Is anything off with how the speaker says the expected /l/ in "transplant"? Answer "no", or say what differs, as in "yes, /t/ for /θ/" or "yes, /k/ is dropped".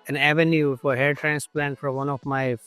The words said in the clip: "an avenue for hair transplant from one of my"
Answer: no